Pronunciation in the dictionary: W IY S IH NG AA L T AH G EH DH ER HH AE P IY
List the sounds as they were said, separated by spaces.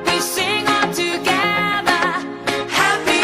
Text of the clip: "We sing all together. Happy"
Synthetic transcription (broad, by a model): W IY S IH NG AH N T AH G EH DH ER HH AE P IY